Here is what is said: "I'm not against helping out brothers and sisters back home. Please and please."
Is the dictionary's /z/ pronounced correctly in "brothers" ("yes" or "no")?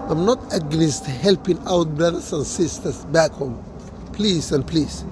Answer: no